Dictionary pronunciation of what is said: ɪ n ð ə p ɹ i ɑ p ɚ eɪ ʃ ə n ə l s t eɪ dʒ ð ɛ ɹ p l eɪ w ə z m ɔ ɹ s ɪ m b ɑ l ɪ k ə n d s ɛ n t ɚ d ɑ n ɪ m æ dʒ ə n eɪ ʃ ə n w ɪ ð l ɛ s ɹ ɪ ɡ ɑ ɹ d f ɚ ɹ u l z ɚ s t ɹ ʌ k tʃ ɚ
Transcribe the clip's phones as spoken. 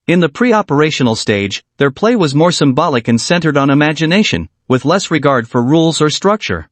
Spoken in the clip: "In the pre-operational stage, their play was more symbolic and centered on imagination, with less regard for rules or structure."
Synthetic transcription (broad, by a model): ɪ n ð ə p ɹ i ɑ p ɚ eɪ ʃ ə n l s t eɪ dʒ ð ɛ ɹ p l eɪ w ə z m ɔ ɹ s ɪ m b ɑ l ɪ k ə n s ɛ n t ɚ d n ɪ m æ dʒ ə n eɪ ʃ ə n w ɪ ð l ɛ s ɹ ɪ ɡ ɑ ɹ d f ɚ ɹ u l z ɚ s t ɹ ʌ k tʃ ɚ